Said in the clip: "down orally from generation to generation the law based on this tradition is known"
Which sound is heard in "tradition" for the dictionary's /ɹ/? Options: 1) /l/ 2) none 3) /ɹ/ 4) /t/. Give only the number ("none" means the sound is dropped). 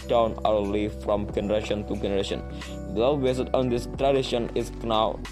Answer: 3